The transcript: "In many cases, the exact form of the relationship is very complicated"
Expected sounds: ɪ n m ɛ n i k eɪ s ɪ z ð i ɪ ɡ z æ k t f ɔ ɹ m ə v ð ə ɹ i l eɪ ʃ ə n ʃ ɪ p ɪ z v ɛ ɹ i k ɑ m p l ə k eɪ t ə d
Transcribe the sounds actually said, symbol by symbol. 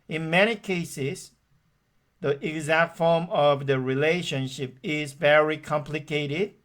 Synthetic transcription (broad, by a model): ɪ n m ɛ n i k eɪ s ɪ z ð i ɪ ɡ z æ k t f ɔ ɹ m ə v ð ə ɹ i l eɪ ʃ ə n ʃ ɪ p ɪ z v ɛ ɹ i k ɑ m p l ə k eɪ t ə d